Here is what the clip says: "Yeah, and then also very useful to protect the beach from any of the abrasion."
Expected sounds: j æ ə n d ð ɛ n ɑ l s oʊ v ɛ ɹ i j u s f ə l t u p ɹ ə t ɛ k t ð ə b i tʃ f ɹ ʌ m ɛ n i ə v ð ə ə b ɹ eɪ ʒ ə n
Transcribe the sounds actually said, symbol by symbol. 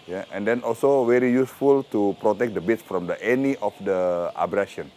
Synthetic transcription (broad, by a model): j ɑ ə n d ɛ n ɑ l s oʊ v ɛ ɹ i j u s f ə l t u p ɹ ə t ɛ k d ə b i s f ɹ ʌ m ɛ n i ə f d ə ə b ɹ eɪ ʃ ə n